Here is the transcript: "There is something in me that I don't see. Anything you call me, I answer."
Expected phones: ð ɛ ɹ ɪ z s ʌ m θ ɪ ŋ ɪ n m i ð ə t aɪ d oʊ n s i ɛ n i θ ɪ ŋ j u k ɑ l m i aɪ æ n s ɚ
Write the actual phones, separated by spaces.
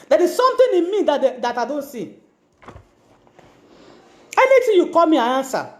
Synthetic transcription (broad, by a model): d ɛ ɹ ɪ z s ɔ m t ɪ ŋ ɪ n m i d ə t aɪ d oʊ n s i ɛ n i t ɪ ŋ j u k ɑ l m i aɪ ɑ n s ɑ